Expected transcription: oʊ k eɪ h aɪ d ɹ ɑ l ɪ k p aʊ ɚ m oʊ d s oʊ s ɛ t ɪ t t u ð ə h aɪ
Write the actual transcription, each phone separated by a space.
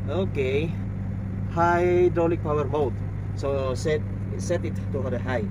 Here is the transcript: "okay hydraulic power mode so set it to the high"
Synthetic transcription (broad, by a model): oʊ k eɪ h aɪ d ɑ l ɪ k p aʊ ɚ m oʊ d s oʊ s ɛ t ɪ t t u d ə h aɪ